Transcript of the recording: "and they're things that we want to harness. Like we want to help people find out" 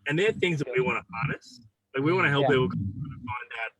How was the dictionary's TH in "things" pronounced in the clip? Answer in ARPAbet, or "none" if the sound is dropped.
TH